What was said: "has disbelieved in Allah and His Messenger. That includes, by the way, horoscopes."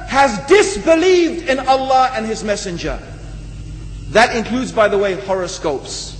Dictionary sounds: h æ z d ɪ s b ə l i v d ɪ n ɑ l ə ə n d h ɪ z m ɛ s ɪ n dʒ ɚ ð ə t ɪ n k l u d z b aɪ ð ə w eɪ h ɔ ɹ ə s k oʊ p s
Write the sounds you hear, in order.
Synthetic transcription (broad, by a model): h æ z d ɪ s b ə l i v d ɪ n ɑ l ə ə n ɪ z m ɛ s ɪ n dʒ ɚ ð ə t ɪ n k l u d z b aɪ ð ə w eɪ h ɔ ɹ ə s k oʊ p s